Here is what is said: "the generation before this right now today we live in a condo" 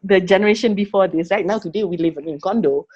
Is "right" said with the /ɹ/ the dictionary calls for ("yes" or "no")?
no